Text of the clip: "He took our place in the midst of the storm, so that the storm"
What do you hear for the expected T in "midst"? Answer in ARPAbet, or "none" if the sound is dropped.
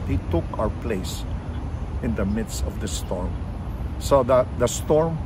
T